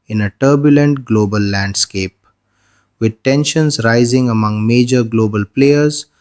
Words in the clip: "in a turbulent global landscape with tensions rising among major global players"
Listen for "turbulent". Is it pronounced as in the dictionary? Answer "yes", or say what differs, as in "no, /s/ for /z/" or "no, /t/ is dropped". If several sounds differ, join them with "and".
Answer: yes